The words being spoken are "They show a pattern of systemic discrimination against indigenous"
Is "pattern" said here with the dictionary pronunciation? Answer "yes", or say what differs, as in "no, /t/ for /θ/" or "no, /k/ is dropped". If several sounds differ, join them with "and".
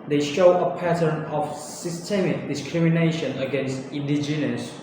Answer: yes